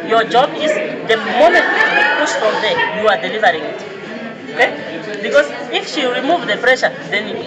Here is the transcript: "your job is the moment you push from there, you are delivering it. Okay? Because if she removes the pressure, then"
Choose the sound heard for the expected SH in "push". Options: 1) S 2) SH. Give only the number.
1